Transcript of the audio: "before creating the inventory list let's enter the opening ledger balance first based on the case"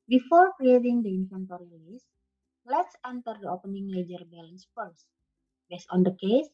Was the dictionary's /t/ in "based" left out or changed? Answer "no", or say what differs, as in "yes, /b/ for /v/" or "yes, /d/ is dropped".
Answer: yes, /t/ is dropped